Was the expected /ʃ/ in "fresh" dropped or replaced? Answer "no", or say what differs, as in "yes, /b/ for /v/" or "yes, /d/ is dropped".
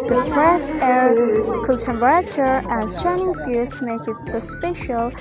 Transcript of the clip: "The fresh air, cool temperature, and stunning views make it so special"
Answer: yes, /s/ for /ʃ/